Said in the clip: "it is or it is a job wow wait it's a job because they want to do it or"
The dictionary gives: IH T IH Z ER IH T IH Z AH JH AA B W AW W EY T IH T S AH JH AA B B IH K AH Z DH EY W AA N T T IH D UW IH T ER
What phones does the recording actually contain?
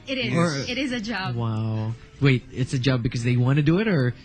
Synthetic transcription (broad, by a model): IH T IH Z ER IH T IH Z AH JH AA B W AW W EY T IH T S AH JH AA B B IH K AH Z DH EY W AA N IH D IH IH T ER